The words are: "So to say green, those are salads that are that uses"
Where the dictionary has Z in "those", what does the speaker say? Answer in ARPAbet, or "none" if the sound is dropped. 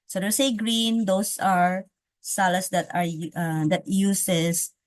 S